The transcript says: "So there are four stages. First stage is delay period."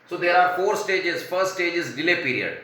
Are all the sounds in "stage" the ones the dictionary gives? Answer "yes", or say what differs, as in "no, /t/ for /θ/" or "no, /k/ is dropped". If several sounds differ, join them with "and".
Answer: yes